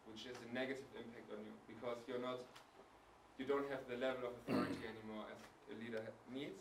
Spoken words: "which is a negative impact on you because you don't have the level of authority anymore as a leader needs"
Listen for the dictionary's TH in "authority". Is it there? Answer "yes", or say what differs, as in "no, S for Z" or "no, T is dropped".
yes